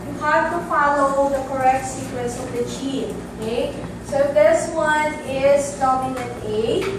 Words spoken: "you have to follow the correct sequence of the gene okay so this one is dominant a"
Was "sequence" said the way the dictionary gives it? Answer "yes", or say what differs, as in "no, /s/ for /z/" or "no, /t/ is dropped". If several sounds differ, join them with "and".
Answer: no, /n/ is dropped